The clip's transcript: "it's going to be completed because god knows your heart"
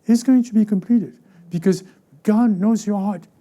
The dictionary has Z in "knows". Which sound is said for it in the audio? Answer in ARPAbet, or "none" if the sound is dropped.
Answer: Z